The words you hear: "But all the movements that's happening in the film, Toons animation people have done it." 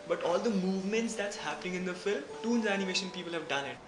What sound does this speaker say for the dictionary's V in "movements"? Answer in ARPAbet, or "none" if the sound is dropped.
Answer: V